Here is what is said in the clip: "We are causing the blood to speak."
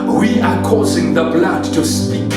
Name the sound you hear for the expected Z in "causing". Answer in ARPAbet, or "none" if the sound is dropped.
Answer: Z